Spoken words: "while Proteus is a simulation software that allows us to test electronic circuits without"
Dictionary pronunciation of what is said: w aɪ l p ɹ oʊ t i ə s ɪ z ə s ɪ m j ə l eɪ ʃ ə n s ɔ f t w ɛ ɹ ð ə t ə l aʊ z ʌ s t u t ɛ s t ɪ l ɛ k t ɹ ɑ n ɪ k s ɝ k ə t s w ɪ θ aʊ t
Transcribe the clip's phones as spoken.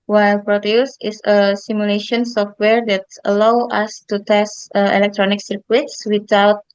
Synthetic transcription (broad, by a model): w aɪ l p ɹ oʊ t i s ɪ s ə s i m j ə l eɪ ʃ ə n s ɔ f t w ɛ ɹ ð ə t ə l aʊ ɑ s t u t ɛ s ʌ ɪ l ɛ k t ɹ ɑ n ɪ k s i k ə t s w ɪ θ aʊ t